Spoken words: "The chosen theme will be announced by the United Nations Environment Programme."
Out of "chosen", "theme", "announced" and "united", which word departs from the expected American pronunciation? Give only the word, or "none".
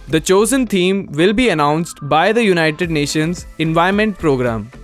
theme